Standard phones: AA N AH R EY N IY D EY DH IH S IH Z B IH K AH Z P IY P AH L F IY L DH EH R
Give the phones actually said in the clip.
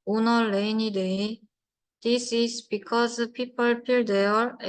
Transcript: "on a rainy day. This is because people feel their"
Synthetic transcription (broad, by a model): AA N AH L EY N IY D EY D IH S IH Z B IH K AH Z P IY P AH L P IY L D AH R